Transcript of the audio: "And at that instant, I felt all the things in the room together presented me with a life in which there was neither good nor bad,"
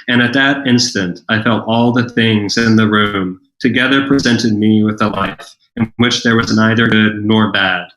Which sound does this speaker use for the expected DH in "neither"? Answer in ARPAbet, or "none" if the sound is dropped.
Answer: DH